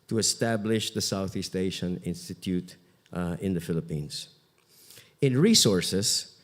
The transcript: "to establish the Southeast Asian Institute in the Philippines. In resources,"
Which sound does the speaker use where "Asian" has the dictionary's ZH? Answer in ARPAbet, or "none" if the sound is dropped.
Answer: SH